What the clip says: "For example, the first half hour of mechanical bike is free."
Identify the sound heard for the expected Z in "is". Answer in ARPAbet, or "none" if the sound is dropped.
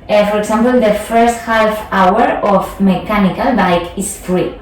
S